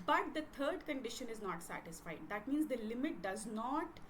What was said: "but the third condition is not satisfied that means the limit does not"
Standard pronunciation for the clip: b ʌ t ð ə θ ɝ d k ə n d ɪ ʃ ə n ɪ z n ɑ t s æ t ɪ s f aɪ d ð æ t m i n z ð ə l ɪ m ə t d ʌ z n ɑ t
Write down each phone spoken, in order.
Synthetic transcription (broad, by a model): b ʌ t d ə t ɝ d k ə n d ɪ ʃ ə n ɪ z n ɑ t s æ t ɪ s f aɪ d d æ t m i n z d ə l ɪ m ə t d ʌ z n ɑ t